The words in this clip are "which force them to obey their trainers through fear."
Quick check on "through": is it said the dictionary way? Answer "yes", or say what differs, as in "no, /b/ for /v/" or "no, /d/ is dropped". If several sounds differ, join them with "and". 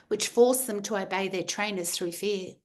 yes